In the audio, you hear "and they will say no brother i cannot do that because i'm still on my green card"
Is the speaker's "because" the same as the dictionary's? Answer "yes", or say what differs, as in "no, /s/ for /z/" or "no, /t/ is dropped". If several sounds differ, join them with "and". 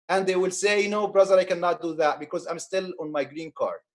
yes